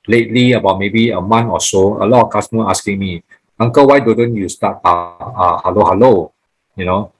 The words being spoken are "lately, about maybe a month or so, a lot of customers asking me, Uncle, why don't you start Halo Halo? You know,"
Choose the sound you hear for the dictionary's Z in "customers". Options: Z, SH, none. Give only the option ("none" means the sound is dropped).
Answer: none